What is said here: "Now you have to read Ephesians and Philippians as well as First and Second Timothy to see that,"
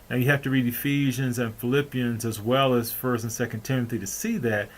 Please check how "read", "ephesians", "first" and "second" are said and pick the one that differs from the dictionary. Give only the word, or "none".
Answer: none